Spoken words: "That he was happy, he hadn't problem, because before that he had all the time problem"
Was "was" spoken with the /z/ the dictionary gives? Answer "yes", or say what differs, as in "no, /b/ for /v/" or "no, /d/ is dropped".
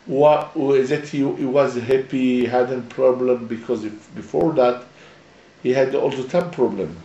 yes